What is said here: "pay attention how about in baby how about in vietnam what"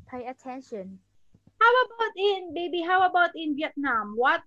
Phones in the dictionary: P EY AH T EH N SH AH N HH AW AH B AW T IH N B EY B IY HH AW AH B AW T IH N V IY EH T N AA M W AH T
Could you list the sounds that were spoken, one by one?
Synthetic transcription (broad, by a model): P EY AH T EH N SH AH N HH AW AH B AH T IH N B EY B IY HH AW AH B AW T IH N W IY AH T N AA M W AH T